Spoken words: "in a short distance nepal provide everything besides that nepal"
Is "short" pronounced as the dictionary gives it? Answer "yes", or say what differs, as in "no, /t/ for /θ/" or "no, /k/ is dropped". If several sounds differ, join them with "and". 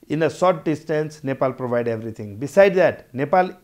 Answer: no, /s/ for /ʃ/